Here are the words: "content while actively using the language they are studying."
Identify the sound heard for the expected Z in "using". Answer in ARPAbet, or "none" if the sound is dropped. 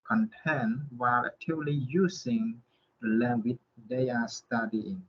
S